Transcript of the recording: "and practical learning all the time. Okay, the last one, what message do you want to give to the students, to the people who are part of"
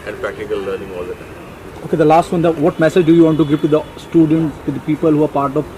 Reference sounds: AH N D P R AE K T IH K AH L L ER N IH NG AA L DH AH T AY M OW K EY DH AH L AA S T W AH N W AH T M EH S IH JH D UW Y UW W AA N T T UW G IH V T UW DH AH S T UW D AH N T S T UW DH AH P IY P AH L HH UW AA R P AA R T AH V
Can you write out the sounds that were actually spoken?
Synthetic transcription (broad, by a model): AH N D P R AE K T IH K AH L L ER N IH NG AA L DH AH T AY OW K EY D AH L AA S T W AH N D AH T M EH S IH JH D UW Y UW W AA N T T UW G IH V T UW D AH S T UW D AH N T S T UW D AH P IY P AH L HH UW AA R P AA R T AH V